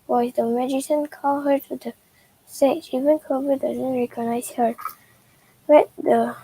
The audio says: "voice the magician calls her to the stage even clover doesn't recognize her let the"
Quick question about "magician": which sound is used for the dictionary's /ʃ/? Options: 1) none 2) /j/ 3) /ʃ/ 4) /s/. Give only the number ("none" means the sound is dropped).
4